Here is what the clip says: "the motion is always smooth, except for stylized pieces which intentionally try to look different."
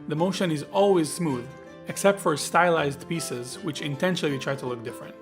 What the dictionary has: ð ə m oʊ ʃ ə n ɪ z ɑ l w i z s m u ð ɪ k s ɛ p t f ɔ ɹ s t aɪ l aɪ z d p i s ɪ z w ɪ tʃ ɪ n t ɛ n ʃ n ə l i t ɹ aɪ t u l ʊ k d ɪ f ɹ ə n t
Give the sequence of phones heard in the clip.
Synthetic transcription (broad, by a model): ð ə m oʊ ʃ ə n ɪ z ɑ l w i z s m u ð ɪ k s ɛ p t f ɔ ɹ s t aɪ l aɪ z d p i s ɪ z w ɪ tʃ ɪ n t ɛ n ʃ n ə w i t ɹ aɪ t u l ʊ k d ɪ f ɹ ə n t